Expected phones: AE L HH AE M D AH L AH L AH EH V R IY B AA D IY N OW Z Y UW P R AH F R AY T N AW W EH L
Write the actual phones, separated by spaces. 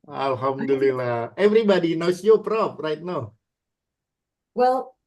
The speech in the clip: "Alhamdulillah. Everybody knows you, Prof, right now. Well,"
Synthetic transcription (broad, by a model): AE L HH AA M D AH L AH L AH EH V R IY B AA D IY N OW S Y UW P R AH P R AY T N AW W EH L